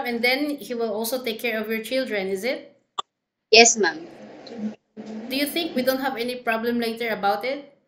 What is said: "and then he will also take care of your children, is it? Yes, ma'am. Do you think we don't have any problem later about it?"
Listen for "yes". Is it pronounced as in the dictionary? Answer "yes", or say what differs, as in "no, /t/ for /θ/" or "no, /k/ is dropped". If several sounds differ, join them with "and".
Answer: yes